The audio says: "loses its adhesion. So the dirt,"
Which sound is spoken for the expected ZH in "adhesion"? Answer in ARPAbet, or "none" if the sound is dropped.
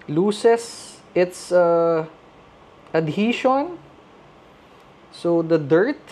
SH